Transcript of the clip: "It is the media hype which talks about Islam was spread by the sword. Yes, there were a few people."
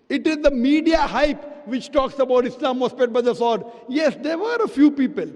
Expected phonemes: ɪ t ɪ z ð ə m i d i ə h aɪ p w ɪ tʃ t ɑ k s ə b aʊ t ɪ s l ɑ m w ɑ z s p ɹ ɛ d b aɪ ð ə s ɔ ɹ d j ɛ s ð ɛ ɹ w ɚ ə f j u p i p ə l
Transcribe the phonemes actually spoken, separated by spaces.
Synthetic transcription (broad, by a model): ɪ t ɪ z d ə m i d i ə h aɪ p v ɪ tʃ t ɑ k s ə b aʊ t ɪ s l ɑ m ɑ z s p ɛ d b aɪ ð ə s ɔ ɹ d j ɛ s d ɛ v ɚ ə f j u p i p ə l